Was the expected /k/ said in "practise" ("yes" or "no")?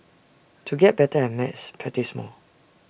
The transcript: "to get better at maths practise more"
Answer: no